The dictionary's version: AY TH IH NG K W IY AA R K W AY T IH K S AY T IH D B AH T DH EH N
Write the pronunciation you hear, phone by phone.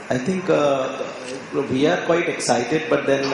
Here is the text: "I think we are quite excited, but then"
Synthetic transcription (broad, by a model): AY T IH NG K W IY AA R K W AY T IH K S AY T IH D B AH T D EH N